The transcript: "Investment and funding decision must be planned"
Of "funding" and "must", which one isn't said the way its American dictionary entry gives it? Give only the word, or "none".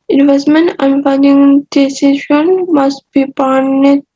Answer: funding